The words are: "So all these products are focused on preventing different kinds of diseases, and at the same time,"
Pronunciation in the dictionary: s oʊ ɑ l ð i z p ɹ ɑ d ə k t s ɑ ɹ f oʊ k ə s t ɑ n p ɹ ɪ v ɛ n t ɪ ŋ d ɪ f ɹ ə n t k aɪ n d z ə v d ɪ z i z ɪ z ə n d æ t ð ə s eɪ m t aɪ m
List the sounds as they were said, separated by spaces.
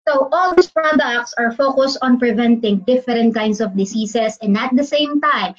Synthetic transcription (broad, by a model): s oʊ ɑ l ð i s p ɹ ɑ d ə k t s ɑ ɹ f oʊ k ə s t ɑ n p ɹ ɪ v ɛ n t ɪ ŋ d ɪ f ɹ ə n t k aɪ n d s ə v d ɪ s i s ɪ s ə n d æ t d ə s eɪ m t aɪ m